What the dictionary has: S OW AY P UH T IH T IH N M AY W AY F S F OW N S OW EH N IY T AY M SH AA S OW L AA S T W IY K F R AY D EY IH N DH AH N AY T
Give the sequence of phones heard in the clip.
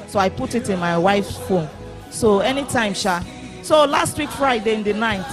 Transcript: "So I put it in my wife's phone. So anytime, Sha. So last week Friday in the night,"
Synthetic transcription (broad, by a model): S OW AY P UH T IH T IH N M AY W AY F S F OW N S OW EH N IY T AY M SH AA S OW L AA S T W IY K F R AY D EY IH N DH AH N AY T